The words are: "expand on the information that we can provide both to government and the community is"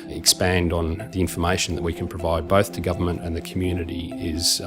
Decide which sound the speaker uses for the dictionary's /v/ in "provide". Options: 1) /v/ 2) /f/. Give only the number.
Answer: 1